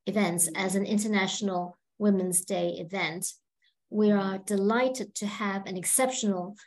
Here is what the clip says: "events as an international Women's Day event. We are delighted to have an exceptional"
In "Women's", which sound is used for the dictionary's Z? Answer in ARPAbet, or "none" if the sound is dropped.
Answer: Z